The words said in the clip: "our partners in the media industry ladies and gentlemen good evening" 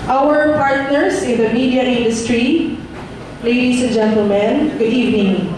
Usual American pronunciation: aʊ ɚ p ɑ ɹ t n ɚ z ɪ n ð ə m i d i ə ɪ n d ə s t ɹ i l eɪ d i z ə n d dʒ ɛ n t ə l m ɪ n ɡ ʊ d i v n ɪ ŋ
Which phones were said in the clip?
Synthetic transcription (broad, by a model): aʊ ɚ p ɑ ɹ t n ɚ s ɪ n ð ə m i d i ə ɪ n d ə s t ɹ i l eɪ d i s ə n dʒ ɛ n t ə l m ɪ n ɡ ʊ d i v n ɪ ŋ